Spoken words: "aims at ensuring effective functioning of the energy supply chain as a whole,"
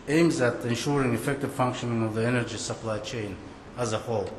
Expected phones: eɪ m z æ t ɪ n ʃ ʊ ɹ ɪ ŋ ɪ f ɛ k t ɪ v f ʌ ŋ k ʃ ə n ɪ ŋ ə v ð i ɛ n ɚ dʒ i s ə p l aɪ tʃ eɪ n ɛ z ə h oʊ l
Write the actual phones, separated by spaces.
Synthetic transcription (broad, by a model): eɪ m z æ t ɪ n ʃ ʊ ɹ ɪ ŋ ɪ f ɛ k t ɪ v f ʌ ŋ k ʃ ə n ɪ ŋ ə v ð i ɛ n ɚ dʒ i s ə p l aɪ tʃ eɪ n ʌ z ə h oʊ l